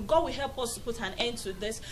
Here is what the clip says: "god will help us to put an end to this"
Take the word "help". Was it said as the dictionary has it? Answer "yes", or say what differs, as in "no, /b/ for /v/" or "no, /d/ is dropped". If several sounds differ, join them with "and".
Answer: yes